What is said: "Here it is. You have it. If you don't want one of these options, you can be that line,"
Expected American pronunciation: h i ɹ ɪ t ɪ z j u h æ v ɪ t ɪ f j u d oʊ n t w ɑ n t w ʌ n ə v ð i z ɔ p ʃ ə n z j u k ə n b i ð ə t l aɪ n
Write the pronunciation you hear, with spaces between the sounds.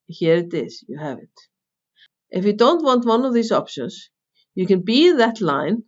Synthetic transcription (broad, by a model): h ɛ ɹ ɪ t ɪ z j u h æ v ɪ t ɪ f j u d oʊ n t w ɑ n t w ʌ n ə v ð i s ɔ p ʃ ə n s j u k ə n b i ð ə t l aɪ n